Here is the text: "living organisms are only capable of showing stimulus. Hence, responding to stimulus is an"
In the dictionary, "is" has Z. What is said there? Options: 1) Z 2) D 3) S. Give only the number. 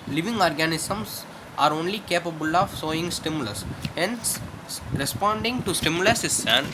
3